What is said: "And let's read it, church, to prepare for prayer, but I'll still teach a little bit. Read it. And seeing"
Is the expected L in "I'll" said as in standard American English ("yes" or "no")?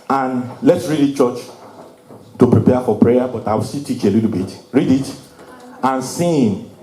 no